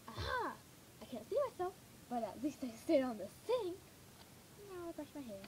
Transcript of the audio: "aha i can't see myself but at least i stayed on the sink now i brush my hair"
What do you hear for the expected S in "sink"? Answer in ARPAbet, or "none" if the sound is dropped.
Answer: TH